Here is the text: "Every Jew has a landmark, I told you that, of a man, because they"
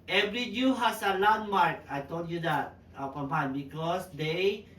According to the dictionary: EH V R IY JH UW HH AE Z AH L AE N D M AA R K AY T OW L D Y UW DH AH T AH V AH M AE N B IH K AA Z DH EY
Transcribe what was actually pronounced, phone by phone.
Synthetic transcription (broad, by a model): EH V R IY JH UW HH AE S AH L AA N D M AA R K AY T OW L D Y UW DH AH T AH P AH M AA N B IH K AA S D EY